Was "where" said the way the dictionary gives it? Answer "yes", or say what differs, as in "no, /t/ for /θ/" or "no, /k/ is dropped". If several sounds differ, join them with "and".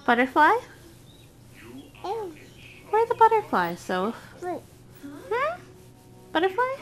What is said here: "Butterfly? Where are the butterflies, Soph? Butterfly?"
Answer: no, /w/ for /ɹ/